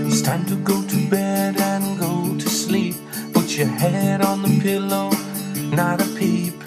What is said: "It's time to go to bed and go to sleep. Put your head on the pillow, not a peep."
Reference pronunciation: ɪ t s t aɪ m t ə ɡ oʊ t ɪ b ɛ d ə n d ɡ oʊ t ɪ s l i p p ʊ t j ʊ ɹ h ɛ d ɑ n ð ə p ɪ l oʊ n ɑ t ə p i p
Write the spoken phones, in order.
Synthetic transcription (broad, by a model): s t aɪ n t ə ɡ oʊ t ɪ b ɛ d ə n ɡ oʊ t ɪ s l i p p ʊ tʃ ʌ ɹ h ɛ d n ð ə p ɪ l oʊ n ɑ t ə p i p